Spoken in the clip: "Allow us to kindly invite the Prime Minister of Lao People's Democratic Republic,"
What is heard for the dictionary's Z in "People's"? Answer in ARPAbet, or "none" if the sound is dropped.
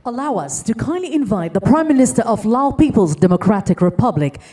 Z